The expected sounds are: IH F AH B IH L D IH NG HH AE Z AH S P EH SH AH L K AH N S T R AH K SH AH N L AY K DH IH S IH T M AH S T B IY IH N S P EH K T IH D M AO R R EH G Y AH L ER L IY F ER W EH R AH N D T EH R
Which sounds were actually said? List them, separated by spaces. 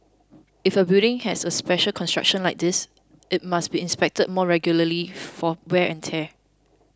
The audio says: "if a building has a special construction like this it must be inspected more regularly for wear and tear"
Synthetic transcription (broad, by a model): IH F AH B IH D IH NG HH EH S AH S P EH SH AH L K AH N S T R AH K SH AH N L AY K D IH S IH T M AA S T B IY IH N S P EH K T IH D M AO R R EH G Y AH L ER L IY F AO W EH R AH N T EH